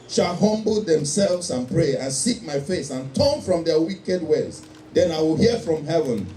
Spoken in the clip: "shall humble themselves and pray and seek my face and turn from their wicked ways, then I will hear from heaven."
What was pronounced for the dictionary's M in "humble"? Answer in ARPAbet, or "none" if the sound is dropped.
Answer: M